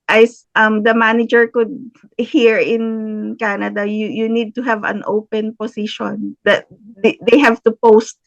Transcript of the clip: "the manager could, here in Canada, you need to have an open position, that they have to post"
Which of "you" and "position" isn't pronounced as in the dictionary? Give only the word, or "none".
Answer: position